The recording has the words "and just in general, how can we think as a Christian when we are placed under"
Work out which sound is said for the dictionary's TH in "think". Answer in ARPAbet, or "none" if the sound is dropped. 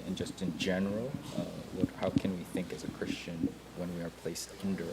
TH